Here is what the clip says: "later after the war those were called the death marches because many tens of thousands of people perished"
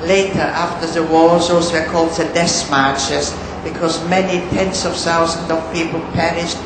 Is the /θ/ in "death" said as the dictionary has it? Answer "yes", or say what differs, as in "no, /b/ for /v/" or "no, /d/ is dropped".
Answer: no, /s/ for /θ/